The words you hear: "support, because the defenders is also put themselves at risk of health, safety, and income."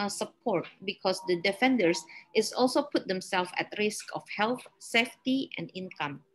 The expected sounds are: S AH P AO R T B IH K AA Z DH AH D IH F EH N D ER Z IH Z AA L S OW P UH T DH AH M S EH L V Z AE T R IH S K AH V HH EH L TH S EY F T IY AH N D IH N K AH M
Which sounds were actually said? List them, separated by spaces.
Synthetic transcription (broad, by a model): S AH P AO R T B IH K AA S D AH D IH F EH N D ER S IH S AA L S OW P UH T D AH M S EH L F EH T R IH S K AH F HH EH L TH S EY F T IY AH N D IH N K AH M